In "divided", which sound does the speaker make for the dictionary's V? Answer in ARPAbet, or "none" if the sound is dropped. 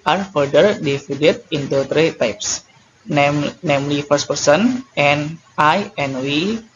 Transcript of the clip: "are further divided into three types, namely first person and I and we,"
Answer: F